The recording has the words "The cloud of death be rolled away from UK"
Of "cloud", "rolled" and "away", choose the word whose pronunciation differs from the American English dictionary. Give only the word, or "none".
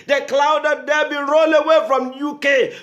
rolled